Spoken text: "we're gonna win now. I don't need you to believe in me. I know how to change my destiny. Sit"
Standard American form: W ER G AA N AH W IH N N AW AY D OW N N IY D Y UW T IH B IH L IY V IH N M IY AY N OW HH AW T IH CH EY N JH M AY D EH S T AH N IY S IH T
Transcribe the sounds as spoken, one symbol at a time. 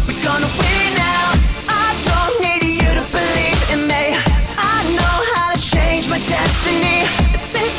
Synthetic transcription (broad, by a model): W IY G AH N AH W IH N N AW AY D OW N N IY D Y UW T IH B IH L IY V IH N M IY AY N OW HH AW T IH CH EY N JH M AY D EH S T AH N IY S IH